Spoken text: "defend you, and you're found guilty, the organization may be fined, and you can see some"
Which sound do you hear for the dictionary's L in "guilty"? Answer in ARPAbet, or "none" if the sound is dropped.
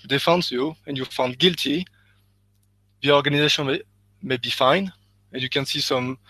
L